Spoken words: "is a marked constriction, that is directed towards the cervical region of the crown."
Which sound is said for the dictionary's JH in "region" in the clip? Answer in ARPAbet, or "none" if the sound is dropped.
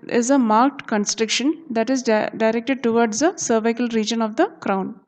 JH